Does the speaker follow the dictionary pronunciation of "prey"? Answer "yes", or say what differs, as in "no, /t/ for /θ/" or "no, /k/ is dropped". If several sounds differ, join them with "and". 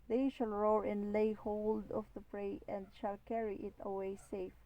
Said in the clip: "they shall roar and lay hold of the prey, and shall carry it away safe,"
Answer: yes